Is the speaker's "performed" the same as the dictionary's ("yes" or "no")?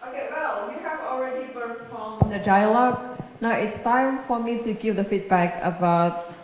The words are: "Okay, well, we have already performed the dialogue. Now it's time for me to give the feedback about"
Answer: no